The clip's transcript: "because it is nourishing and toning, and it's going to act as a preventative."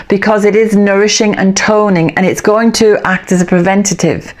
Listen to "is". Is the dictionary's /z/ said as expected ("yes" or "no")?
yes